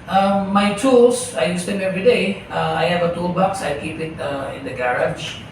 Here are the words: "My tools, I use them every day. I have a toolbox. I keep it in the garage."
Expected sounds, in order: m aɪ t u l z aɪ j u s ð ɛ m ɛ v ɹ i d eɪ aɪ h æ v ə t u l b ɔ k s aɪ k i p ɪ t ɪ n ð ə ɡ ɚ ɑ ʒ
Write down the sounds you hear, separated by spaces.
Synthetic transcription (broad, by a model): m aɪ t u l s aɪ j u s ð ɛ m ɛ v ɹ i d eɪ aɪ h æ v ə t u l b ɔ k s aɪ k i p ɪ t ɪ n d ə ɡ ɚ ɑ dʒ